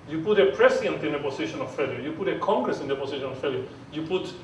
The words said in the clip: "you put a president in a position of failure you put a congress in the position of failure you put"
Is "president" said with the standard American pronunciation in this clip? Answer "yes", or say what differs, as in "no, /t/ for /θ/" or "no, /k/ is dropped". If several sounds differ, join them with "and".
no, /s/ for /z/